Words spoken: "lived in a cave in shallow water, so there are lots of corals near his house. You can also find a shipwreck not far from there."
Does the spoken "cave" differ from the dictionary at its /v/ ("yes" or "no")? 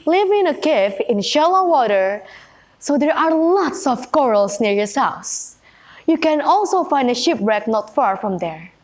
yes